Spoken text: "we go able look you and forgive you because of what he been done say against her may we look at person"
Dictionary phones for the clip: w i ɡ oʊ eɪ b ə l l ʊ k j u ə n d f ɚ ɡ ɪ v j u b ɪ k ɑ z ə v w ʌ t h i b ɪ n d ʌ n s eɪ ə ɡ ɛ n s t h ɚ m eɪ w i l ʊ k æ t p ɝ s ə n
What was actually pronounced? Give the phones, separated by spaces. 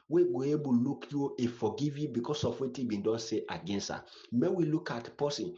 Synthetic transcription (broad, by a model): w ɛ ɡ oʊ eɪ b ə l l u k j u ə f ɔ ɡ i v j u b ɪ k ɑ s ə f w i t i b ɪ n d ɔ n s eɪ ə ɡ ɛ n s t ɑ m eɪ w i l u k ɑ t p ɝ s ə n